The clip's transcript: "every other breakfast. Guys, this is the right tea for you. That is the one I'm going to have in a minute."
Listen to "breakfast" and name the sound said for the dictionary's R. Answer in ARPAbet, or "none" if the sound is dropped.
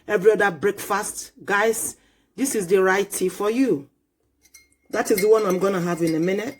R